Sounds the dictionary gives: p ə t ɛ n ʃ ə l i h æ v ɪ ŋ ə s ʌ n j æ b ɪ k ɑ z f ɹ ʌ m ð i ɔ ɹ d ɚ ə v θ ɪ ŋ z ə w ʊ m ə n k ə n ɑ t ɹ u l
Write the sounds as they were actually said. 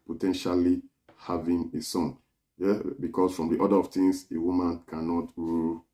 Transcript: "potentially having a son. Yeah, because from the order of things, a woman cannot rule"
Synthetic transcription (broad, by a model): p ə t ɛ n ʃ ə l i h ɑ v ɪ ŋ ə s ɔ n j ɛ b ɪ k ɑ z f ɹ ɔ m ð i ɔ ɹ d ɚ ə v t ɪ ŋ s ə w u m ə n k ə n ɑ t ɹ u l